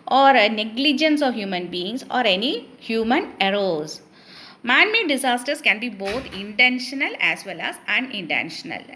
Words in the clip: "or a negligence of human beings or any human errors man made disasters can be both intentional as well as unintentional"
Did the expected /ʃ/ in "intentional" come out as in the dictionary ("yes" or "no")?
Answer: yes